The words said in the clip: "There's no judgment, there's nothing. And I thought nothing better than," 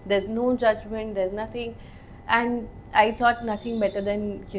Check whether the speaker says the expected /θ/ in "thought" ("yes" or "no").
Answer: no